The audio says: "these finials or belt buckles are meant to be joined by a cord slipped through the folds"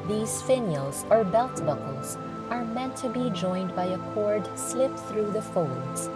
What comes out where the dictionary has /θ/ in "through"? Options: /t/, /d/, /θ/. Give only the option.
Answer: /θ/